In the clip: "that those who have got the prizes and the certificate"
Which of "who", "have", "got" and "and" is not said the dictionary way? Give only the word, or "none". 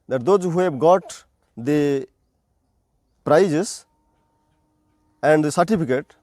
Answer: have